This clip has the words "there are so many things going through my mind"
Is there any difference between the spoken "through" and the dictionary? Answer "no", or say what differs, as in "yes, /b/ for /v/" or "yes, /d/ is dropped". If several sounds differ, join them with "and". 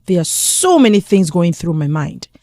no